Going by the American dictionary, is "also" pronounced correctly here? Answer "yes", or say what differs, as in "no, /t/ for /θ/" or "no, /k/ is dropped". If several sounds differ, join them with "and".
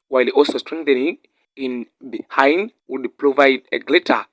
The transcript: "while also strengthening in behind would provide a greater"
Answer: yes